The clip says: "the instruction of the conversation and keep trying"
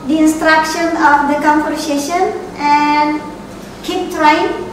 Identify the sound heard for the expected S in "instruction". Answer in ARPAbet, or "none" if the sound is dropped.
S